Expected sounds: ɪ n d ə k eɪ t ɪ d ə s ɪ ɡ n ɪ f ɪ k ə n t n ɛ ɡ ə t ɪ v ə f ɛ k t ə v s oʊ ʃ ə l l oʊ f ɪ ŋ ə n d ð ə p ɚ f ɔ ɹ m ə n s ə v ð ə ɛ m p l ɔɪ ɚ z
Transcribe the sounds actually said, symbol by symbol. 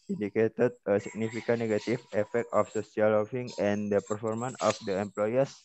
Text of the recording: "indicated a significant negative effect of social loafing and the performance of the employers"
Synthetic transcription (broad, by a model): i n d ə k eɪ t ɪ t ə s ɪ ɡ n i f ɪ k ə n n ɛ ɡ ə t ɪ f ə f ɛ k t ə f s oʊ s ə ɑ l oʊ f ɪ ŋ ə n d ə p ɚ f ɔ ɹ m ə n ə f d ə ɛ m p l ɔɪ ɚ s